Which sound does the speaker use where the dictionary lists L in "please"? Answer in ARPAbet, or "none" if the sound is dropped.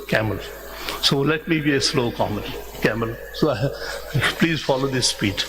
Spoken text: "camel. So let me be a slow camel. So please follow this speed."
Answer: L